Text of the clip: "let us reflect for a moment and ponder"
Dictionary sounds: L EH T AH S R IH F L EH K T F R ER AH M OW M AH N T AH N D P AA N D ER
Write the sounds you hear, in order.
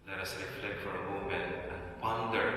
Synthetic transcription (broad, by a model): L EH T AH S R IH F L EH K T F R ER AH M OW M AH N AH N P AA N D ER